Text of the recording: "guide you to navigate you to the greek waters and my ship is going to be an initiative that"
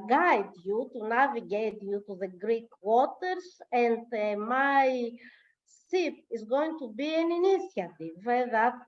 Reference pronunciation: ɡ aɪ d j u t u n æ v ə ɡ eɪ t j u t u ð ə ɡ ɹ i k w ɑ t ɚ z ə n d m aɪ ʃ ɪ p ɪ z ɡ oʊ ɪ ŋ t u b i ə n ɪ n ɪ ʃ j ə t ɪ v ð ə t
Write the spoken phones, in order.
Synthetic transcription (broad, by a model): ɡ aɪ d j u t u n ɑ v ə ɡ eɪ t j u t u ð ə ɡ ɹ i k w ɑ t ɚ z ə n d m aɪ s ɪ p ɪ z ɡ oʊ ɪ ŋ t u b i ə n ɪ n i s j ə t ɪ v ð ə t